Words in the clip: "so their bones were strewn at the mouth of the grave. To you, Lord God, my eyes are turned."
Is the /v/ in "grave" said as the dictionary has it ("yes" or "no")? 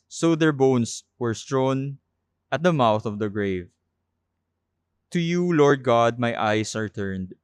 yes